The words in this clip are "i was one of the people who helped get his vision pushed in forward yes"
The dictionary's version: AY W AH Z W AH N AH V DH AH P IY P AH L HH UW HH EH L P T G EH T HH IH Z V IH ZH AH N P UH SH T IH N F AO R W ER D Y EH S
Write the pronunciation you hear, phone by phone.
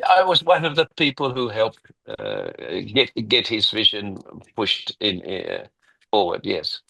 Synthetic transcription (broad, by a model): AY W AH Z W AH N AH V DH AH P IY P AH L HH UW HH EH L P T G EH T HH IH Z V IH ZH AH N P UH SH T IH N F AO R W ER D Y EH S